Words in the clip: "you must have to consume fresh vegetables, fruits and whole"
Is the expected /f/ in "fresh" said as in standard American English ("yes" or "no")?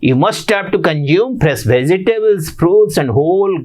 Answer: no